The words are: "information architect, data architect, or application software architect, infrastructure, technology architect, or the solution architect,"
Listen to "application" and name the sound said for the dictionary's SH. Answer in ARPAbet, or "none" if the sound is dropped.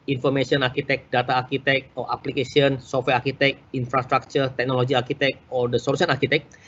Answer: S